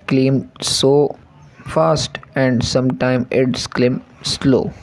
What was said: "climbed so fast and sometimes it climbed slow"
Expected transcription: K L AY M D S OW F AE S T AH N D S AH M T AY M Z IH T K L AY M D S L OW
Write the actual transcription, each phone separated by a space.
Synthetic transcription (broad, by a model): K L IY M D S OW F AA S T AH N D S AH M T AY M IH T K L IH M S L OW